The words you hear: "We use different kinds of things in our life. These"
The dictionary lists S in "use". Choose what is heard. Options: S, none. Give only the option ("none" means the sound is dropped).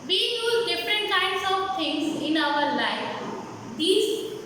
none